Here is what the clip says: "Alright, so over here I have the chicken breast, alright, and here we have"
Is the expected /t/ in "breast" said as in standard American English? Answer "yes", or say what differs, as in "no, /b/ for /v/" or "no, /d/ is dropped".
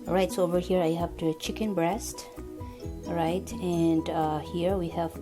yes